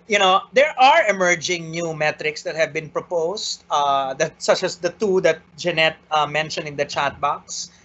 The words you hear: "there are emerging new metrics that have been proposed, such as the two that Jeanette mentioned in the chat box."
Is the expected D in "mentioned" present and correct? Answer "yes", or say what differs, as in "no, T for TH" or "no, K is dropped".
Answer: no, D is dropped